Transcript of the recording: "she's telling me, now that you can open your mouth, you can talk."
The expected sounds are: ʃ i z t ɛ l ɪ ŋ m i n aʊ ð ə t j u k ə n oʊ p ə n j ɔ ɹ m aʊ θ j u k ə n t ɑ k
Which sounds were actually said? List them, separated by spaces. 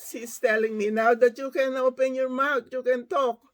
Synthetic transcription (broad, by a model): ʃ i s t ɛ l ɪ ŋ m i n aʊ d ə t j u k ə n oʊ p ə n j ɔ ɹ m aʊ t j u k ə n t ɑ k